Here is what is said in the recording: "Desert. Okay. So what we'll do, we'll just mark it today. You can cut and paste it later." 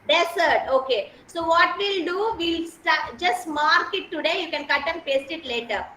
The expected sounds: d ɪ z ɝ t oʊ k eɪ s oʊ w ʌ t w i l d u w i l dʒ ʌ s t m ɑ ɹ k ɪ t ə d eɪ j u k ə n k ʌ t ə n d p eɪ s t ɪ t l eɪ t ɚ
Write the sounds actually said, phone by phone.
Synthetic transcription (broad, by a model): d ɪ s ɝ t oʊ k eɪ s oʊ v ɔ t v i l d u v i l dʒ ʌ s t m ɑ ɹ k ɪ t ə d eɪ j u k ə n k ʌ t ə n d p eɪ s t ɪ t l eɪ t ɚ